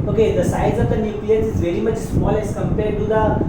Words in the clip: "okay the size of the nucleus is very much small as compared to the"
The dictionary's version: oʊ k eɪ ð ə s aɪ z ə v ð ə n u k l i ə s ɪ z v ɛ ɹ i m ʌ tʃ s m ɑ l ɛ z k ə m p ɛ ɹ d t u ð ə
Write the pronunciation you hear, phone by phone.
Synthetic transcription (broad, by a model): oʊ k eɪ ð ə s aɪ z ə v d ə n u k l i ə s ɪ z v ɛ ɹ i m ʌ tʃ s m ɑ l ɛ s k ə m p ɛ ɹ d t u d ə